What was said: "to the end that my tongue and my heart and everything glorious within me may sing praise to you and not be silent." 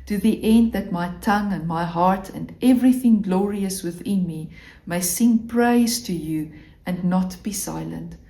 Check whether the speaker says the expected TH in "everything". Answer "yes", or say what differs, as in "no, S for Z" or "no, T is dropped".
yes